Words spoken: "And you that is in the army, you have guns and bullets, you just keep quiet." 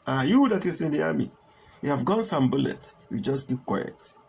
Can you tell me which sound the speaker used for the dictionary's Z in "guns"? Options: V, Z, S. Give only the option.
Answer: S